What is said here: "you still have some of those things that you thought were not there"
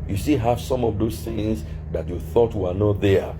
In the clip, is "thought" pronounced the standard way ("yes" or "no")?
yes